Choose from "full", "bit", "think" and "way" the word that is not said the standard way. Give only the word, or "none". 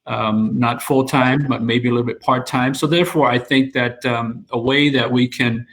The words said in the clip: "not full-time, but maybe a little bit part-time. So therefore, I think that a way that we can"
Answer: none